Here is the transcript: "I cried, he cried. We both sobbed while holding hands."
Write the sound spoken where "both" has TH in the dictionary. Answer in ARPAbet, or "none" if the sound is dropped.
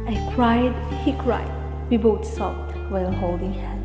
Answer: T